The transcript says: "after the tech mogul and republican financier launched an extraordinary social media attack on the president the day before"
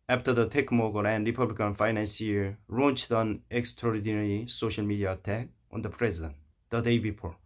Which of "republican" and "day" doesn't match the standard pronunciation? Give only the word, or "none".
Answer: none